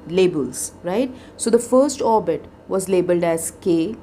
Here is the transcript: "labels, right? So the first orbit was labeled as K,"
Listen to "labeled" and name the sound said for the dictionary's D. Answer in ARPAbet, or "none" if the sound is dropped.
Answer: D